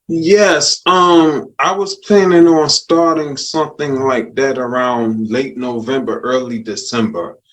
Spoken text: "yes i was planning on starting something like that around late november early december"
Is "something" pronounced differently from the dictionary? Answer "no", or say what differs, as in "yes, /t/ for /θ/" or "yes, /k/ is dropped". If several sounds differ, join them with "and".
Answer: no